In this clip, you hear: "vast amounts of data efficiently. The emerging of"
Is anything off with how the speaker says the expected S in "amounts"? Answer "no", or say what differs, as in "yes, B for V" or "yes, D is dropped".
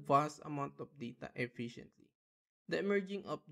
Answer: yes, S is dropped